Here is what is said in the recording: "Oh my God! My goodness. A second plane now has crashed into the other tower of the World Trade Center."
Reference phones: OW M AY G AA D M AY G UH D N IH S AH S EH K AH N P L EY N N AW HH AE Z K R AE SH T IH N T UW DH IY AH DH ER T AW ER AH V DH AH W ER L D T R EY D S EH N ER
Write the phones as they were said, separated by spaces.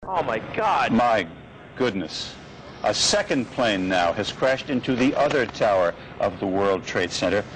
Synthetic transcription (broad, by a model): OW M AY G AA D M AY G UH D N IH S AH S EH K AH N P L EY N N AW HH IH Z K R AE SH T IH N T UW DH IY AH DH ER T AW ER AH V DH AH W ER L D T R EY D S EH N ER